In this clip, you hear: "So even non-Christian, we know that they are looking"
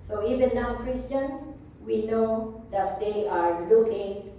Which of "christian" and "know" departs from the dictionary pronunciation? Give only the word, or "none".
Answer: none